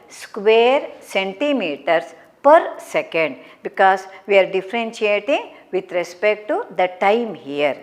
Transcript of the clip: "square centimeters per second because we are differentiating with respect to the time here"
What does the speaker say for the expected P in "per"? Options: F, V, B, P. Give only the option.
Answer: P